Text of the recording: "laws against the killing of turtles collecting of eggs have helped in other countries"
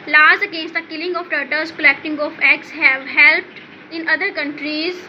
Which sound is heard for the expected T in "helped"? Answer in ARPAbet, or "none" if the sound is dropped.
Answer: T